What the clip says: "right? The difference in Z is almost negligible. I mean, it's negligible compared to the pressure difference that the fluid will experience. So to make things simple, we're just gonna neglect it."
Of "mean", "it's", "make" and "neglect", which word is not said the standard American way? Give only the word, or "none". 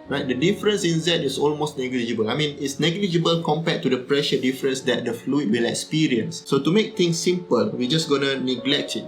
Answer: none